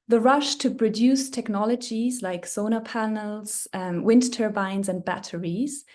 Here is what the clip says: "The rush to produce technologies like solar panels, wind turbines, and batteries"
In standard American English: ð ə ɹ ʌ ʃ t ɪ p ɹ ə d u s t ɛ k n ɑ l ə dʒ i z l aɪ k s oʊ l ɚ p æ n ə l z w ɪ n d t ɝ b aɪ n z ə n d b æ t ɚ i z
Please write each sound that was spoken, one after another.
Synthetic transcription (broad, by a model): ð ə ɹ ʌ ʃ t ɪ p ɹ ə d u s t ɛ k n ɑ l ə dʒ i z l aɪ k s oʊ n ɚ p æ n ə l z w ɪ n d t ɝ b aɪ n z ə n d b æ t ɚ i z